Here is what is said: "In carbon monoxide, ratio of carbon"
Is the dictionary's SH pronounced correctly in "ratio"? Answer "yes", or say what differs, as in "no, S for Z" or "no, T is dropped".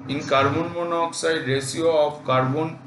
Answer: no, S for SH